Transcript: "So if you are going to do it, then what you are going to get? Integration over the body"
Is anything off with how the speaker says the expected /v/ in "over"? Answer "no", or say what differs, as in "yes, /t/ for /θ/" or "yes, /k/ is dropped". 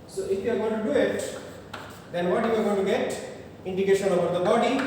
yes, /b/ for /v/